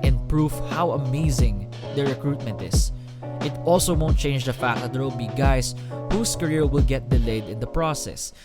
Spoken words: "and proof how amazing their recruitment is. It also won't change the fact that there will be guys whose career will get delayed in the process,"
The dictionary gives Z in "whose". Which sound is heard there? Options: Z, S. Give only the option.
S